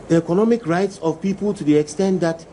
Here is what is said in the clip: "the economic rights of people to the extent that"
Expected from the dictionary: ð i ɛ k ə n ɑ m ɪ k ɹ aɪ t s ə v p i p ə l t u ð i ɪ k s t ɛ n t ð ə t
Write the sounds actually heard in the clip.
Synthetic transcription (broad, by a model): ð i ɛ k ə n ɑ m ɪ k ɹ aɪ t s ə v p i p ə l t u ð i ɪ k s t ɛ n t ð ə t